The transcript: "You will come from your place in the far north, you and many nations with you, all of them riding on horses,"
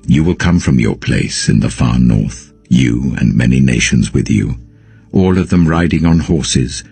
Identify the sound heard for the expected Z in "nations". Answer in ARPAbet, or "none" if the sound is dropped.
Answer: Z